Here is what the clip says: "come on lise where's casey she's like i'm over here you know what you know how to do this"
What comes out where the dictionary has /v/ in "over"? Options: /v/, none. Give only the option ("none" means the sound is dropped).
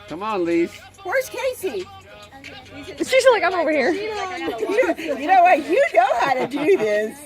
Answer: /v/